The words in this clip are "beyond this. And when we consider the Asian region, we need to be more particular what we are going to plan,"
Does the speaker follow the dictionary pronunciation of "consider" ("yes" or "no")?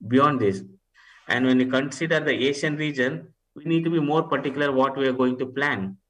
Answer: yes